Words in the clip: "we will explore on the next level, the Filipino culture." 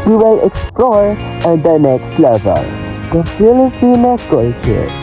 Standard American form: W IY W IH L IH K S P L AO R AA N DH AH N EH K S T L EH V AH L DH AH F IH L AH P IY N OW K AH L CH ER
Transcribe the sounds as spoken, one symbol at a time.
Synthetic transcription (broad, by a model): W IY W IH L IH K S P L AO R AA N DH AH N EH K S T L EH V AH L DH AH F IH L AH B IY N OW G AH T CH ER